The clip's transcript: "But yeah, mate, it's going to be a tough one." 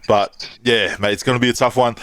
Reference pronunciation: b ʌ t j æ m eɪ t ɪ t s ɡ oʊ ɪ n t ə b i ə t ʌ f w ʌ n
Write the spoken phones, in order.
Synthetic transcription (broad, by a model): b ʌ t j æ m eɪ ɪ t s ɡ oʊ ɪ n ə b i ə t ʌ f w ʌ n